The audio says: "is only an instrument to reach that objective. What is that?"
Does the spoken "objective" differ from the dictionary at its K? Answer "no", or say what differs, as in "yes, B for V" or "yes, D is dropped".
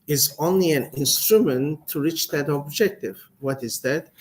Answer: no